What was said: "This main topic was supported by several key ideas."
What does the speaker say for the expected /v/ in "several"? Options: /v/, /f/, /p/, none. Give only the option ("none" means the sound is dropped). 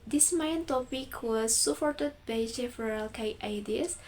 /f/